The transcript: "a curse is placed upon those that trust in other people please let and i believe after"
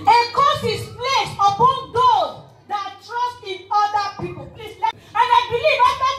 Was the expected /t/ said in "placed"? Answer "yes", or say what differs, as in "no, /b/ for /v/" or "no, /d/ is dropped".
no, /t/ is dropped